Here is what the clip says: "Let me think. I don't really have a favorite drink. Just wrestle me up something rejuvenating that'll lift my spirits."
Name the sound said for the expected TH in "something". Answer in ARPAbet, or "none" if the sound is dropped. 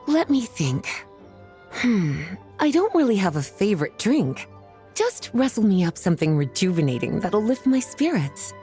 TH